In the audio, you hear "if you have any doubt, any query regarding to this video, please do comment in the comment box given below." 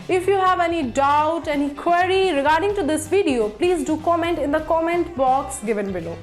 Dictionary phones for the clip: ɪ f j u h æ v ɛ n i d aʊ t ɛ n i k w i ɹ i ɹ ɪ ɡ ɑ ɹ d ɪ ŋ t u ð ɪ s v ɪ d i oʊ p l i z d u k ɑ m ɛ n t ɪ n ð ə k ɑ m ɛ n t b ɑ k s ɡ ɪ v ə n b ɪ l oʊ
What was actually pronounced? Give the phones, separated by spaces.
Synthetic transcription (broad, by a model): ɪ f j u h æ v ɛ n i d aʊ t ɛ n i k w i ɹ i ɹ ɪ ɡ ɑ ɹ d ɪ ŋ t u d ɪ s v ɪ d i oʊ p l i z d u k ɑ m ɛ n t ɪ n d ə k ɑ m ɛ n t b ɑ k s ɡ ɪ v ə n b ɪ l oʊ